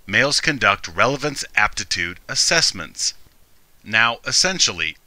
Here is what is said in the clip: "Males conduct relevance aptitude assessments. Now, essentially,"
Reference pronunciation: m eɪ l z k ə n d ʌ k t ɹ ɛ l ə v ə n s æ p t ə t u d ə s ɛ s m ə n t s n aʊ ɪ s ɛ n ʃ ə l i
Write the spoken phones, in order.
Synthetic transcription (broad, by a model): m eɪ l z k ə n d ʌ k t ɹ ɛ l ə v ə n s æ p t ə t u d ə s ɛ s m ə n t s n aʊ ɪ s ɛ n ʃ l i